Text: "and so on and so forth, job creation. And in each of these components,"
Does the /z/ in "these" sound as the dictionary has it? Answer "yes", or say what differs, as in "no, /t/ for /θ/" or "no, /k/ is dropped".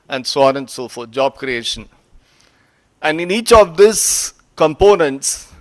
no, /s/ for /z/